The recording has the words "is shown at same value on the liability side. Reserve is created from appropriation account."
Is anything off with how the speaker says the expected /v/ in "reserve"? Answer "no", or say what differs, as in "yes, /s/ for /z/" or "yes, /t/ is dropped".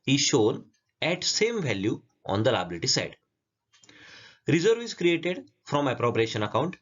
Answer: no